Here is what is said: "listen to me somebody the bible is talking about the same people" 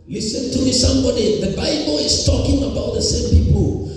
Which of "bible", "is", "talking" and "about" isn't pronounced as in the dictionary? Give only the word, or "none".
is